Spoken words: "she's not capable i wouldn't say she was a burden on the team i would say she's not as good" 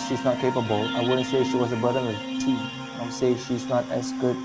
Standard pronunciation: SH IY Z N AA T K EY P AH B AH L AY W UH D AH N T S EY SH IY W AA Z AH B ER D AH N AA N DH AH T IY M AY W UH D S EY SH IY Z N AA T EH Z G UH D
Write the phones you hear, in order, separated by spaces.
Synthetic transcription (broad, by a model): SH IY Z N AA T K EY P AH B AH L AY W UH D AH N T S EY SH IY W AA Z AH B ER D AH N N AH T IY AY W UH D S EY SH IY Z N AA T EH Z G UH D